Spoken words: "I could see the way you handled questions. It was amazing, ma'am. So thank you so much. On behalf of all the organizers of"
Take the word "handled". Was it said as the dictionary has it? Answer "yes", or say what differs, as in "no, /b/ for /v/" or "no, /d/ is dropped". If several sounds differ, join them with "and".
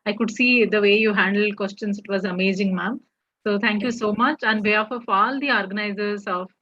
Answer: yes